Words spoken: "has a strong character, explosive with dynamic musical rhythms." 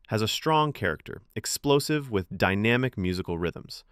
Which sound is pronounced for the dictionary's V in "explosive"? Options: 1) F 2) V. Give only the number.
2